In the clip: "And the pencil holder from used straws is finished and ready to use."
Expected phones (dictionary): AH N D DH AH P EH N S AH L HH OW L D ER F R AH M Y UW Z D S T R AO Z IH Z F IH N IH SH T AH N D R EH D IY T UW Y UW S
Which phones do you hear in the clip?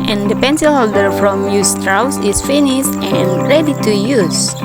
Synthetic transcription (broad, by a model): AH N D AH P EH N S AH L HH OW L D ER F R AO M Y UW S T R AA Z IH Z F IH N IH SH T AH N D R EH D IY T UW Y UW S